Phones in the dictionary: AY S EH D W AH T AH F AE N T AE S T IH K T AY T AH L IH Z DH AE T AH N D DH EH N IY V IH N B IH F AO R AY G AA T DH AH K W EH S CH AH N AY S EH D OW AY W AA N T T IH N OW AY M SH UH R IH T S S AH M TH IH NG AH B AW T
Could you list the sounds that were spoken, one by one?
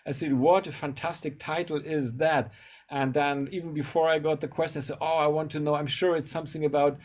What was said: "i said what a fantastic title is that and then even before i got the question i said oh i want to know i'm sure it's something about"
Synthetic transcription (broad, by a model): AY S EH D W AH T AH F AE N T AE S T IH K T AY T L IH Z DH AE T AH N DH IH N IY V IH N B IH F AO R AY G AA T DH AH K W EH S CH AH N AY S EH D OW AY W AA N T T IH N OW AY M SH UH R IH T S S AH M TH IH NG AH B AW T